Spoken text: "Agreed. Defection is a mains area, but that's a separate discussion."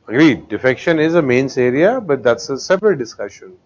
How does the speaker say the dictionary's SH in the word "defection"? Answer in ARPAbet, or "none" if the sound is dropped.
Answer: SH